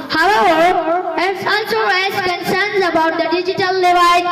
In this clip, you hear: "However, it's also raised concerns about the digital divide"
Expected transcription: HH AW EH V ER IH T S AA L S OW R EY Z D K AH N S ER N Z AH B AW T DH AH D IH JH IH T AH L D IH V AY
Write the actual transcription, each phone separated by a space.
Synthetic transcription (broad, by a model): HH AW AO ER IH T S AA N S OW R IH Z K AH N S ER N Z AH B AW T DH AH D IH JH IH T AH L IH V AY